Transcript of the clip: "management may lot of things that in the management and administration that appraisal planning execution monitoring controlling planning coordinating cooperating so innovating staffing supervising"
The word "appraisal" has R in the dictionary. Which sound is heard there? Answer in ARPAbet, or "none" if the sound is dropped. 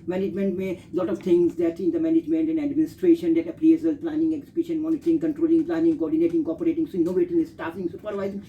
L